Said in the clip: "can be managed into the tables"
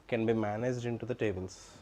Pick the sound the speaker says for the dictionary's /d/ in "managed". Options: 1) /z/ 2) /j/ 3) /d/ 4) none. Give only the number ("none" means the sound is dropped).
3